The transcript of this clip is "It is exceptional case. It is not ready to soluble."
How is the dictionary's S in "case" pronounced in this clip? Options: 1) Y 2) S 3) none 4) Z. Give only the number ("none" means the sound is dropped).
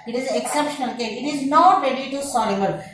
3